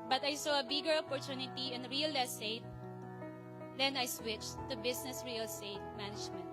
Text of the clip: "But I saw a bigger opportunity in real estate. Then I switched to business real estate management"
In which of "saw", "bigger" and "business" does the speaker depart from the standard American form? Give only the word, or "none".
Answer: business